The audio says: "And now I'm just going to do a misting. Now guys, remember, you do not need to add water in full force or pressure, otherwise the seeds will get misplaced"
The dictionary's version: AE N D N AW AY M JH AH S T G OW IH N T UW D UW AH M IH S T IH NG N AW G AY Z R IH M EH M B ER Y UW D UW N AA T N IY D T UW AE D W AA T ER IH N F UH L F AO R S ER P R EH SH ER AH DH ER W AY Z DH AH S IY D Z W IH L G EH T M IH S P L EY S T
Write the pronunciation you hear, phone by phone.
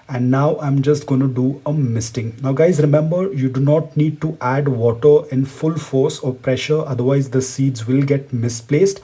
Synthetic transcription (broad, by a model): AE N D N AW AY M JH AH S T G OW IH N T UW D UW AH M IH S T IH NG N AW G AY Z R IH M EH M B ER Y UW D UW N AA T N IY D T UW AE D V AA T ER IH N F UH L F AO R S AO P R EH SH ER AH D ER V AY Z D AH S IY D Z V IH L G EH T M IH S P L EY S T